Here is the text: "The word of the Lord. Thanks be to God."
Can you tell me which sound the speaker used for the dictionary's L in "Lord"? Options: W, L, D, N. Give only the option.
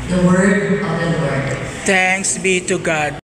W